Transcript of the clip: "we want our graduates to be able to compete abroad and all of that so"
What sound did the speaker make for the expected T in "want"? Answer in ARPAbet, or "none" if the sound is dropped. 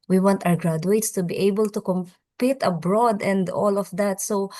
T